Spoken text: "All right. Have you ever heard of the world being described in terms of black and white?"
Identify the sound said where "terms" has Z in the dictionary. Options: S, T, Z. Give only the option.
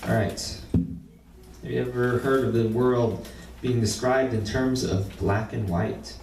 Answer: Z